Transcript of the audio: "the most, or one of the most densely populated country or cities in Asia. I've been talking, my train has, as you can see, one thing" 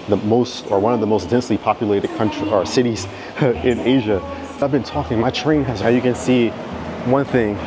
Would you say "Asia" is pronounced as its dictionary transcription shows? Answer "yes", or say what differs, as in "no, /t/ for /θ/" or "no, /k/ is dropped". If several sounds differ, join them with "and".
yes